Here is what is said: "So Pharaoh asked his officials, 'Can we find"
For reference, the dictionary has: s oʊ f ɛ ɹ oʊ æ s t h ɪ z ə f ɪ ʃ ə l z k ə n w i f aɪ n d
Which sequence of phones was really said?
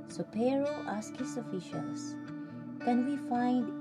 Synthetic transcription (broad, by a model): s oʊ p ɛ ɹ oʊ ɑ s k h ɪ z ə f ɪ ʃ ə l s k ə n w i f aɪ n d